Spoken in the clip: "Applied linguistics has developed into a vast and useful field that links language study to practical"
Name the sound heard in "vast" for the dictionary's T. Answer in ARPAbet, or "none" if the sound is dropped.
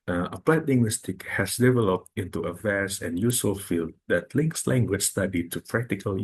none